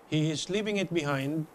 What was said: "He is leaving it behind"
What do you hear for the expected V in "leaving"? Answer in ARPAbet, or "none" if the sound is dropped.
P